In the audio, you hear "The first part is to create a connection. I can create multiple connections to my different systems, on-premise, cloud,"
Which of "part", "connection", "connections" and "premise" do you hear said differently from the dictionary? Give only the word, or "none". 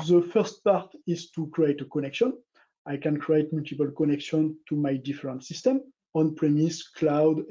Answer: connections